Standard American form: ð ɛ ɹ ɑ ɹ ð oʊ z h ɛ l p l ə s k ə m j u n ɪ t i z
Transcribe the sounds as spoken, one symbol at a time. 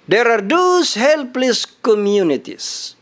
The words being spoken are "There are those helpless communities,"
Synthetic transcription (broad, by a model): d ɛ ɹ ɑ ɹ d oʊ s h ɛ l p l ə s k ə m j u n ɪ t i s